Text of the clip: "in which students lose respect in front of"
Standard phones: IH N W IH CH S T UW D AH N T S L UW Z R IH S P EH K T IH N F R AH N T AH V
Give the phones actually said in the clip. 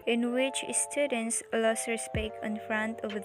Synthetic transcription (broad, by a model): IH N W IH CH S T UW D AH N S L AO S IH S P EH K IH N F R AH N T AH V